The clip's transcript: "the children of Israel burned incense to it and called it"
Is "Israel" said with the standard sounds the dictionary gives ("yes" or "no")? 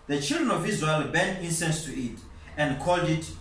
no